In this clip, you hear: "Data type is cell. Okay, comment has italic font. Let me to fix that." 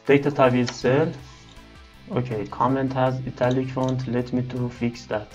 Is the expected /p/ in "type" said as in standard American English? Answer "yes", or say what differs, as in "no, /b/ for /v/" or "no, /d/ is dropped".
no, /b/ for /p/